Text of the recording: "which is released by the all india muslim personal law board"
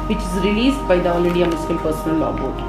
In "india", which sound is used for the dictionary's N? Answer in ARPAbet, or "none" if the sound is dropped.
none